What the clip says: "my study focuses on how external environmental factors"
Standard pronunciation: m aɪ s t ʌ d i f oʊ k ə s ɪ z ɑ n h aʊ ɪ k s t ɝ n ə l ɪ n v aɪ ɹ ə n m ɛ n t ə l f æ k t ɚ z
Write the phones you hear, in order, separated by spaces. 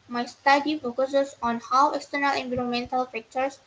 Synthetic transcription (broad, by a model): m aɪ s t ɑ d i f oʊ k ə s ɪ s ɑ n h aʊ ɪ k s t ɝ n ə l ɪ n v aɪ ɹ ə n m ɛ n t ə l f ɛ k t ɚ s